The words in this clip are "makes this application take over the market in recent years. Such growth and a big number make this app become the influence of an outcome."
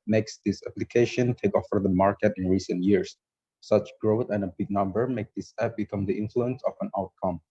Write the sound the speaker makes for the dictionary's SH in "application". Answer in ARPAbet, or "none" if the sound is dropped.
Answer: SH